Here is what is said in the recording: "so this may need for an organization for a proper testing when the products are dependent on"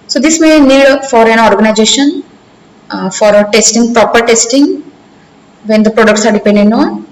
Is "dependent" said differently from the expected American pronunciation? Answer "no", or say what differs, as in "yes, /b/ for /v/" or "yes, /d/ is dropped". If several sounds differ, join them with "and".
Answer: yes, /t/ is dropped